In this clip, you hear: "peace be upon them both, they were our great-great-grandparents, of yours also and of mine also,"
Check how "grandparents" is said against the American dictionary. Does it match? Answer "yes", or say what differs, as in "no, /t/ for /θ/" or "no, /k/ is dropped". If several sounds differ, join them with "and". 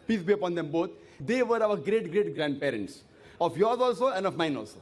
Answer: yes